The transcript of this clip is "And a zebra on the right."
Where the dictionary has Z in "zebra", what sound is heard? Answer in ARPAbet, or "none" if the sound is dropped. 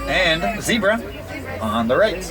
Z